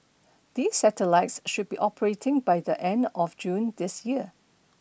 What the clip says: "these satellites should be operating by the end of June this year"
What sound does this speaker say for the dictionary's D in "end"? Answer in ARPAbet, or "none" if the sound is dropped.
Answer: D